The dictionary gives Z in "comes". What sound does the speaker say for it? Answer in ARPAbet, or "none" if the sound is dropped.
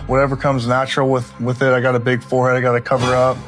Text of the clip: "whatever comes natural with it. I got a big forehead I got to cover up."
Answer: Z